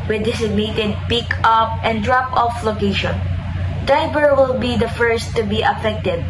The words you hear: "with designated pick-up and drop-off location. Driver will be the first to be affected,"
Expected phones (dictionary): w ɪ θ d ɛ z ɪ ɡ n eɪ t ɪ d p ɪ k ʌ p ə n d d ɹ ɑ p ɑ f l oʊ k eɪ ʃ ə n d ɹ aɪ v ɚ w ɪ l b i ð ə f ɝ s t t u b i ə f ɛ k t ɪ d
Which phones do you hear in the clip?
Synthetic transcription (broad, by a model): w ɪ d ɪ s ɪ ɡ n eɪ t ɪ d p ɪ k ʌ p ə n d d ɹ ɑ p ɑ f l oʊ k eɪ ʃ ə n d aɪ b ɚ w ɪ l b i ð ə f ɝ s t t u b i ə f ɛ k t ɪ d